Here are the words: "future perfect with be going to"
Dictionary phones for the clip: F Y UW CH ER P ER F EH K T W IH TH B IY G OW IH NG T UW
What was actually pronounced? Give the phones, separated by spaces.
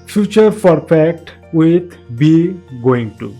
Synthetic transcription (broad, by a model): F Y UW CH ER F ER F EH K T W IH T B IY G OW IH NG T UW